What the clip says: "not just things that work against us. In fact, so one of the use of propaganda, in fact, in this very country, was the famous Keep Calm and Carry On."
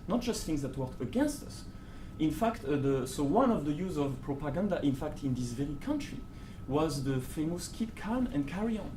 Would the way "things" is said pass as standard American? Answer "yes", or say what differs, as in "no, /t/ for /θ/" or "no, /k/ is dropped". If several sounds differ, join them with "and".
yes